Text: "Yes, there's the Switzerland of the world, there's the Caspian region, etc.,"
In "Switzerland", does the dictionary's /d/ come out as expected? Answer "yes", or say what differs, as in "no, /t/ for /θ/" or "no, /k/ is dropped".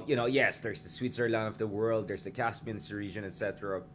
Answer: no, /d/ is dropped